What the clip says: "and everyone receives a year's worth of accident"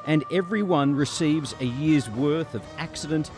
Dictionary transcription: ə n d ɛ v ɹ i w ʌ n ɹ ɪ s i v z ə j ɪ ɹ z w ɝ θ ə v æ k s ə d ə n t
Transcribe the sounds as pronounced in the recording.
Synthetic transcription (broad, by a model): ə n ɛ v ɹ i w ʌ n ɹ ɪ s i v z ə j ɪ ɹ z w ɝ θ ə v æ k s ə d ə n t